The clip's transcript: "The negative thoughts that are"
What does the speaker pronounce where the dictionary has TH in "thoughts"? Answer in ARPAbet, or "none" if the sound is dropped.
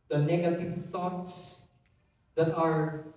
S